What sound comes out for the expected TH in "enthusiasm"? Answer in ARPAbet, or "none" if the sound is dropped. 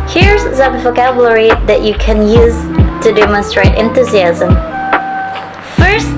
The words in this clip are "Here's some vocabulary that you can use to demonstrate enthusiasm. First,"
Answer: TH